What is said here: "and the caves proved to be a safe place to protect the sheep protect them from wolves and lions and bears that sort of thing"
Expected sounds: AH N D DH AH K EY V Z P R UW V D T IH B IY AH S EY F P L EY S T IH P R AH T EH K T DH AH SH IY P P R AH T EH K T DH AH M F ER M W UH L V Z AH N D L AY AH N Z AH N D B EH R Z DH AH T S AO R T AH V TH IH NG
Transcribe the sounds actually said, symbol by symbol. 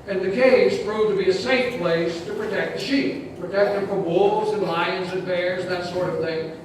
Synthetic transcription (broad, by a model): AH N DH AH K EY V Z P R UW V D T IH B IY AH S EY F P L EY S T IH P R AH T EH K T DH AH SH IY P P R AH T EH K T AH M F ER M W UH L V Z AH N L AY AH N Z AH N B EH R Z DH AH T S AO R T AH V TH IH NG